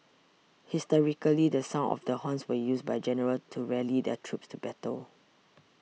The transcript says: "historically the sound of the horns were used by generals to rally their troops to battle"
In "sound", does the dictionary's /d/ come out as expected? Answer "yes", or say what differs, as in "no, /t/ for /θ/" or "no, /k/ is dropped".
no, /d/ is dropped